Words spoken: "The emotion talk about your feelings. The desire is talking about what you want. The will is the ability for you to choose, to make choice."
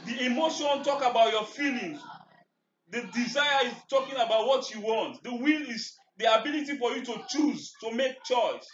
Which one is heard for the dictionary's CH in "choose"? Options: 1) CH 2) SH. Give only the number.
1